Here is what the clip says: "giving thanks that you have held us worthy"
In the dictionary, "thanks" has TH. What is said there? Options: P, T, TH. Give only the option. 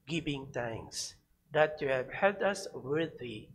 T